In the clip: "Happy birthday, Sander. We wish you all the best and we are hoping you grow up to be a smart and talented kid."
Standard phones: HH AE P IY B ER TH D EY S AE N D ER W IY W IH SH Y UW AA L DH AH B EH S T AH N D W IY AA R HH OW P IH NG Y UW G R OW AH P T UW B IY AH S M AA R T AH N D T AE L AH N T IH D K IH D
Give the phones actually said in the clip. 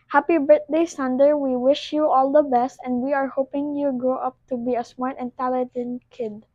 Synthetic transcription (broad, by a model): HH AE P IY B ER T D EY S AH N D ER W IY W IH SH Y UW AA L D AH B EH S T AH N D W IY AA R HH OW P IH NG Y UW G R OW AH P T UW B IY AH S M AA R T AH N T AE L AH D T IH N K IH D